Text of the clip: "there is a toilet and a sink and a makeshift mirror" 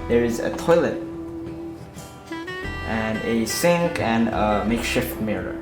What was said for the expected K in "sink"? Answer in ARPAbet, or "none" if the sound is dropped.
K